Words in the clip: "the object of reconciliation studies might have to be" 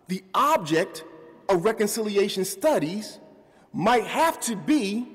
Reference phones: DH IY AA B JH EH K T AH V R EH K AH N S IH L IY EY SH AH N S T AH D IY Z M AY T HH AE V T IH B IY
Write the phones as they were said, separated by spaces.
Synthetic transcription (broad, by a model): DH IY AA B JH EH K T AH V R EH K AH N S IH L IY EY SH AH N S T AH D IY Z M AY T HH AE F T IH B IY